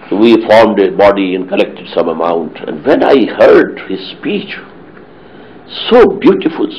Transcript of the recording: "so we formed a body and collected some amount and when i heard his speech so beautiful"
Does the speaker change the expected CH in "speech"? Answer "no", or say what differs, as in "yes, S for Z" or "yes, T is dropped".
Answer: no